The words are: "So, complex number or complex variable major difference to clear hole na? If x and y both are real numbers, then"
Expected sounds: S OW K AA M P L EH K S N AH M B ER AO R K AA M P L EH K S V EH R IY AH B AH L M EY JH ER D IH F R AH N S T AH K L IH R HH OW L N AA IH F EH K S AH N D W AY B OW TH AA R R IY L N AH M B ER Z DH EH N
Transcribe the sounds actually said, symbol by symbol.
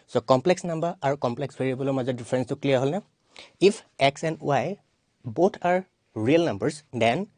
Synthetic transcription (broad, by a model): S OW K AA M P L EH K S N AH M B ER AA R K AA M P L EH K S B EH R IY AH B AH L M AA Z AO D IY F R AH N S T AH K L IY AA HH OW L N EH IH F EH K S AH N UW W AY B OW T AA R R IY L N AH M B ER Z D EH N